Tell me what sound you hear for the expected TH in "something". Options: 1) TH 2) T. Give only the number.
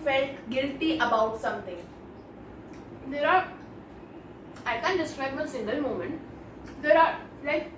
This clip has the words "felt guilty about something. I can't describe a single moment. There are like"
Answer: 2